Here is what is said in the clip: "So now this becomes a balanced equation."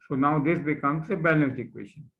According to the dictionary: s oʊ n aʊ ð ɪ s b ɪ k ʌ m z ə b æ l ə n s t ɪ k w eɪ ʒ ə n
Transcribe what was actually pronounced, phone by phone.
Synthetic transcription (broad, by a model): s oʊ n aʊ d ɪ s b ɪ k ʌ m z ə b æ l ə s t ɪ k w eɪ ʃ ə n